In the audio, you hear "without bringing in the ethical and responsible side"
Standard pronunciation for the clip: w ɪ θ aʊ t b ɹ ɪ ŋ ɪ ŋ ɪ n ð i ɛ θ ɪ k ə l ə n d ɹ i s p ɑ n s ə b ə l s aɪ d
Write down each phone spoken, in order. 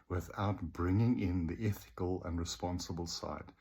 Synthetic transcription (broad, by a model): w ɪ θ aʊ t b ɹ ɪ ŋ ɪ ŋ ɪ n ð i ɛ θ ɪ k ə l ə n ɹ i s p ɑ n s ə b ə l s aɪ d